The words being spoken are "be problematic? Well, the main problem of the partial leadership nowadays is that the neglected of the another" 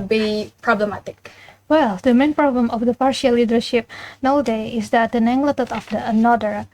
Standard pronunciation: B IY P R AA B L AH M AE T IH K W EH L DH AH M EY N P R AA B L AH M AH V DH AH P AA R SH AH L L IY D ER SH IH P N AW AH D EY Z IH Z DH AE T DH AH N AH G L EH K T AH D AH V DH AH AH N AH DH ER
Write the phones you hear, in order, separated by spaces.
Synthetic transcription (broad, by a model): B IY P R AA B L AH M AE T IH K W EH L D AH M EY N P R AA B L AH M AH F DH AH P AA R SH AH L L IY D ER SH IH P N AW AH D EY IH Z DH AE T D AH N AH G L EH T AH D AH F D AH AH N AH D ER